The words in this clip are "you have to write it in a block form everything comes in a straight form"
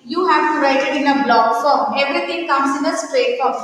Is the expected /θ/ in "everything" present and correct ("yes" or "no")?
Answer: no